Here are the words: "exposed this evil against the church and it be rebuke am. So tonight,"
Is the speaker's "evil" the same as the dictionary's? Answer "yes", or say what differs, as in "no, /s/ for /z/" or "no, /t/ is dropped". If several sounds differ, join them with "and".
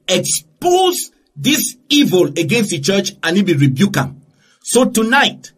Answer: yes